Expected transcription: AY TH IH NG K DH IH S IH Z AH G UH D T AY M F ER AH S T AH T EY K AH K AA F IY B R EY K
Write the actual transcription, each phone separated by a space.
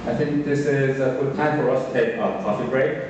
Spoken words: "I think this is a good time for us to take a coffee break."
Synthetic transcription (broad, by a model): AY TH IH NG K DH IH S IH Z AH G UH D T AY M F ER AH S T AH T EY K AH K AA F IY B R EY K